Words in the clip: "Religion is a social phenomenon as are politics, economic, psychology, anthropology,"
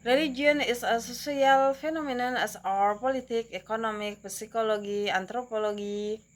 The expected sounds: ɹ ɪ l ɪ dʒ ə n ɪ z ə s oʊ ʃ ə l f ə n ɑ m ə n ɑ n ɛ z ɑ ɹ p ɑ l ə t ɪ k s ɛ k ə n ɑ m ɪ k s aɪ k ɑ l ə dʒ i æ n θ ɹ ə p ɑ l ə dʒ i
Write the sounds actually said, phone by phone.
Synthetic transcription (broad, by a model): ɹ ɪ l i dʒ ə n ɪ s ə s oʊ s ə l f ə n ɑ m ə n ɑ n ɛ s ɑ ɹ p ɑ l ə t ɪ k ɛ k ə n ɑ m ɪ k s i k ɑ l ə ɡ i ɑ n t ɹ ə p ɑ l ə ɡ i